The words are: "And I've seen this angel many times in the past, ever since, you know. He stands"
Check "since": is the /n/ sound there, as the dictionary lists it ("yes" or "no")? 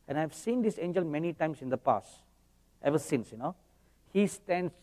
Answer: yes